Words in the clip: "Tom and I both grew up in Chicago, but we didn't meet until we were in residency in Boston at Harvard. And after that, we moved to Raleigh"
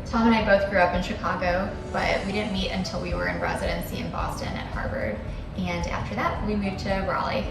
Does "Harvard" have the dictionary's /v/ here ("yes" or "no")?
no